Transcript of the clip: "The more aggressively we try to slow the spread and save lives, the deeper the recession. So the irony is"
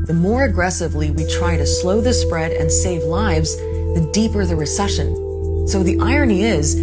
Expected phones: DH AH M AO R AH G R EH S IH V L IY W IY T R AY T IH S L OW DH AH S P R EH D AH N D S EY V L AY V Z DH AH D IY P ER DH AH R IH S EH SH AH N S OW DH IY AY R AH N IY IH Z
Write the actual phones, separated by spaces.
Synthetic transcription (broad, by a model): DH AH M AO R AH G R EH S IH V L IY W IY T R AY T IH S L OW DH AH S P R EH D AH N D S EY V L AY V Z DH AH D IY P ER DH AH R IH S EH SH AH N S OW DH IY AY R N IY IH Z